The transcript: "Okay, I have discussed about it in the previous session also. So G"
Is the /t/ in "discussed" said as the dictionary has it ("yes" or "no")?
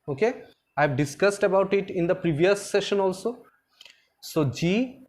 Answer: yes